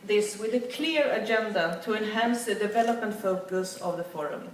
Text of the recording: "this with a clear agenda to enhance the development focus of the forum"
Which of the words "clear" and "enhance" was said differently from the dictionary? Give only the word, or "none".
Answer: none